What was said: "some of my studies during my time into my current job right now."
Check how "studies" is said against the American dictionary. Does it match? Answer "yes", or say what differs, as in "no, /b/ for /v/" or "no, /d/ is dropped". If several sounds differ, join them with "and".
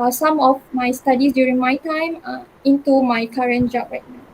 no, /s/ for /z/